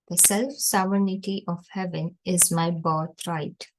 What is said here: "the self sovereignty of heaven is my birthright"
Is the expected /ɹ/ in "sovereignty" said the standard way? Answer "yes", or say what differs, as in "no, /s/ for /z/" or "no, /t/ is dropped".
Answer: no, /ɹ/ is dropped